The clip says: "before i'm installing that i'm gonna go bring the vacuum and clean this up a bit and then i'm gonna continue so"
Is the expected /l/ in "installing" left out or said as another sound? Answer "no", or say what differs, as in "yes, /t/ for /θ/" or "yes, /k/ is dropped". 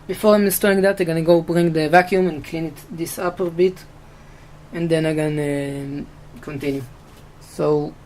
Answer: yes, /l/ is dropped